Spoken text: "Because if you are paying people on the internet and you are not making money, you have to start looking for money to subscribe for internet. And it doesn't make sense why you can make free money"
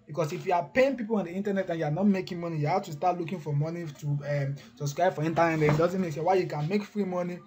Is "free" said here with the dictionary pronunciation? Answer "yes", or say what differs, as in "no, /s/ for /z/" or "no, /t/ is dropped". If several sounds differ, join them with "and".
yes